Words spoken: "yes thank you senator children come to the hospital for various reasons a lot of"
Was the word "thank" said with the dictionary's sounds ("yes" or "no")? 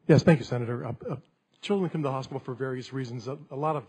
yes